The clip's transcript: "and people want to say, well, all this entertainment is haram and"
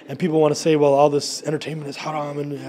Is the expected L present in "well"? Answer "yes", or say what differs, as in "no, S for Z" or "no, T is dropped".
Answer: yes